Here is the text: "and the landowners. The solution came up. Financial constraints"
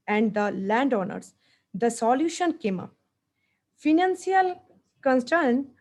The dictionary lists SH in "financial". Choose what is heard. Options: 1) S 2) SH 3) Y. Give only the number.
1